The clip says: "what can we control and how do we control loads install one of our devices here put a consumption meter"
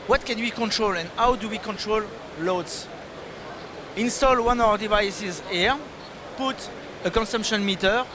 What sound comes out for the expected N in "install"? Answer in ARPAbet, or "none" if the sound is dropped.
N